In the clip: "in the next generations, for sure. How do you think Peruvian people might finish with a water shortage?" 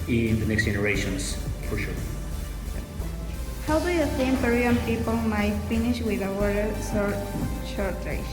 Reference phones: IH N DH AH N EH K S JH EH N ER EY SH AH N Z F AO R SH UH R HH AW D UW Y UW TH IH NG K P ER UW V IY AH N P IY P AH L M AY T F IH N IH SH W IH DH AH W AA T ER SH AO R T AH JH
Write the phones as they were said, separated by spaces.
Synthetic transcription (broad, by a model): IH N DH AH N EH K S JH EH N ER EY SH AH N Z F AO R SH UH R HH AW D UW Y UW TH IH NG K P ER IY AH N P IY P AH L M AY T F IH N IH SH W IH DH AH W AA S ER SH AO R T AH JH